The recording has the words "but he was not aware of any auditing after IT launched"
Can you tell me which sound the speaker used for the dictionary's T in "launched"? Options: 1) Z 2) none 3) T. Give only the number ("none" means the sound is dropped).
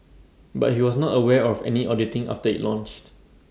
3